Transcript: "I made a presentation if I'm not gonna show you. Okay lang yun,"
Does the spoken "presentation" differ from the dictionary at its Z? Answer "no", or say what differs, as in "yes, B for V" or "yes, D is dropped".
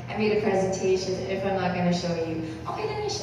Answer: no